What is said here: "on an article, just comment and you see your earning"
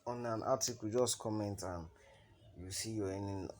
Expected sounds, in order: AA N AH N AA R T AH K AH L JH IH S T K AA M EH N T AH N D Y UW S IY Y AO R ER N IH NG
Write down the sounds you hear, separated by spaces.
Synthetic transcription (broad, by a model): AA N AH N AA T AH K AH JH IH S T K AA M EH N T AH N Y UW S IY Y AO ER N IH